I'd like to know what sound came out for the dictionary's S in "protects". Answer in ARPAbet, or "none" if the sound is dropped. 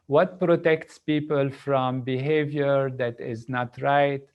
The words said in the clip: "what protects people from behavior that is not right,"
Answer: S